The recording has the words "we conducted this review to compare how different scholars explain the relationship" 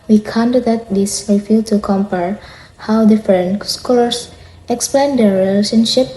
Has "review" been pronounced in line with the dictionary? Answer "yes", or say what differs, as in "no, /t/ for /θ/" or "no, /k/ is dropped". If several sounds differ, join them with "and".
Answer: no, /w/ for /ɹ/